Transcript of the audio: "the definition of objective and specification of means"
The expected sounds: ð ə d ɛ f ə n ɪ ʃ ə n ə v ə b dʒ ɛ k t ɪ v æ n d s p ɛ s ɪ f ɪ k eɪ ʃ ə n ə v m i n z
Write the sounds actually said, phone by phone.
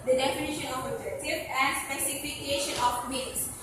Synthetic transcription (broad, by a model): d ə d ɛ f ə n ɪ ʃ ə n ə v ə dʒ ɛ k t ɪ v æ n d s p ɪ s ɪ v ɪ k eɪ ʃ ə n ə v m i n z